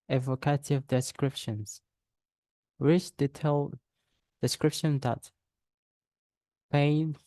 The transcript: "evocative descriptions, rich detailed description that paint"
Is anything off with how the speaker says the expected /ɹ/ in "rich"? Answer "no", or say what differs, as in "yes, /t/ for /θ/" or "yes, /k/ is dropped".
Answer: yes, /w/ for /ɹ/